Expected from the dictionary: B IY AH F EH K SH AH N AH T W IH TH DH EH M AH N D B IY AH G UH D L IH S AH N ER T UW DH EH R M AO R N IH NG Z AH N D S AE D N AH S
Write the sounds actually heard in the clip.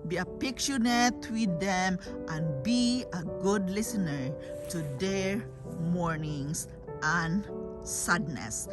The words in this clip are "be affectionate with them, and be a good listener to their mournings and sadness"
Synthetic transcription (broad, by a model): B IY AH P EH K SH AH N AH T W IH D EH M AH N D B IY AH G UH D L IH S AH N ER T UW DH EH R M AO R N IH NG S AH N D S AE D N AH S